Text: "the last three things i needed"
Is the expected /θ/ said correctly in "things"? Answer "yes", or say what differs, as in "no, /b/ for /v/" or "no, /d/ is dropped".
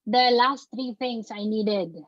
no, /t/ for /θ/